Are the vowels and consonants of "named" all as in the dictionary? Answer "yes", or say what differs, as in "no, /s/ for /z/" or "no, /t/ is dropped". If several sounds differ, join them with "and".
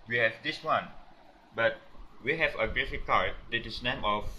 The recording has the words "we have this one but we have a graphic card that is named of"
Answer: no, /d/ is dropped